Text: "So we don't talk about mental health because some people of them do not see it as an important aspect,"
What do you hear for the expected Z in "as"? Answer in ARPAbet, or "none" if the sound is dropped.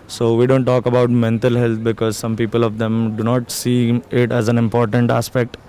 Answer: Z